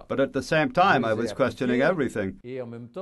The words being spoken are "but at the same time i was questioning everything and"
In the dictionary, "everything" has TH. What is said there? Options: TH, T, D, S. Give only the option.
TH